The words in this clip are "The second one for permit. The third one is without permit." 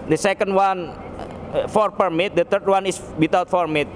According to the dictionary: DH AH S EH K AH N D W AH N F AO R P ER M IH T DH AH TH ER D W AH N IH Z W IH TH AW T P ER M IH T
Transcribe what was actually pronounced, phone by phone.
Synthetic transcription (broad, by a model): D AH S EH K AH N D W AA N F AO R P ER M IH T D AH T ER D W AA N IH S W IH T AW T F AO M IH T